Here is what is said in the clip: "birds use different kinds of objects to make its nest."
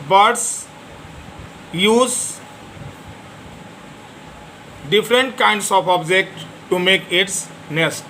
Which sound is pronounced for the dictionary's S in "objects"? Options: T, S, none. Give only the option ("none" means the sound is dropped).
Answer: none